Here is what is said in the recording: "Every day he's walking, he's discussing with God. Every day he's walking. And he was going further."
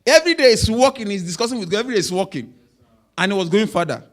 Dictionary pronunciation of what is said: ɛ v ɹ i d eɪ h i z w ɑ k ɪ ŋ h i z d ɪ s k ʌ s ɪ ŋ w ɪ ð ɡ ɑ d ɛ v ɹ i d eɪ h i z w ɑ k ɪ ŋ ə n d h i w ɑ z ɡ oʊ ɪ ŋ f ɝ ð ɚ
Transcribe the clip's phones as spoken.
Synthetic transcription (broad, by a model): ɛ v ɹ i d eɪ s w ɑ k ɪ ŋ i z d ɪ s k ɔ s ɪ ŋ w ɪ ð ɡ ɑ ɛ v ɹ i d eɪ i s w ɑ k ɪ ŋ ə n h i w ɑ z ɡ oʊ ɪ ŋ f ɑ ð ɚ